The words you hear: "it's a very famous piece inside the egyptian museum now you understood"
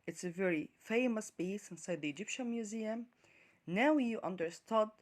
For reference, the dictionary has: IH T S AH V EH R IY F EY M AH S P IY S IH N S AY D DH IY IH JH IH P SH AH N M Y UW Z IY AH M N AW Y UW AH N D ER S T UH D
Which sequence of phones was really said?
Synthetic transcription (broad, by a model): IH T S AH V EH R IY F EY M AH S B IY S IH N S AY D DH IY IH JH IH P SH AH N M Y UW Z IY AH M N AW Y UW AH N D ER S T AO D